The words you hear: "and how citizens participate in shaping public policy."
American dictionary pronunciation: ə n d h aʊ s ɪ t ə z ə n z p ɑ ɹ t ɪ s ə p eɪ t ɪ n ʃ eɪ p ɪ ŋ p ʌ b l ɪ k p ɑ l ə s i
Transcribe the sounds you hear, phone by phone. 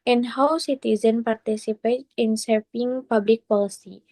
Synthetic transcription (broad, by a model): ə n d h aʊ s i t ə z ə n p ɑ ɹ t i s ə p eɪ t ɪ n s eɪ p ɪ ŋ p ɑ b l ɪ k p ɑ l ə s i